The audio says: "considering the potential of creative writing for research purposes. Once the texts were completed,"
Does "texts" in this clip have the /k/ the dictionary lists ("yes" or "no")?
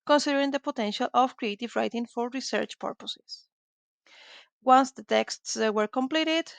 yes